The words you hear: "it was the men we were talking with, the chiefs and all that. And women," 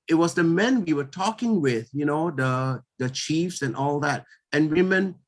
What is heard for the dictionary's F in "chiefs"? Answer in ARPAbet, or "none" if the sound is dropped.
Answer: F